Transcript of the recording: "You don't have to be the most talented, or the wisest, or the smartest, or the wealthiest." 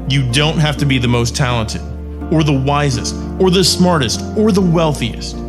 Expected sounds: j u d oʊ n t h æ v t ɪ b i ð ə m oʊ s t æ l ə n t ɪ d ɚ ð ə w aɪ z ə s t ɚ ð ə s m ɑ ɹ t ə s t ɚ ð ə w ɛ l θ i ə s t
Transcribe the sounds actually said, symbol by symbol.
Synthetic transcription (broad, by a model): j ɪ d oʊ n t h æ f t ɪ b i ð ə m oʊ s t æ l ə n t ɪ d ɚ ð ə w aɪ z ə s t ɚ ð ə s m ɑ ɹ t ə s t ɚ ð ə w ɛ l θ i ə s t